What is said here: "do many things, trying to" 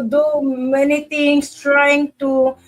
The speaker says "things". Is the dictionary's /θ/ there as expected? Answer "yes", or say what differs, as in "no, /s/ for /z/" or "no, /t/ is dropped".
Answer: no, /t/ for /θ/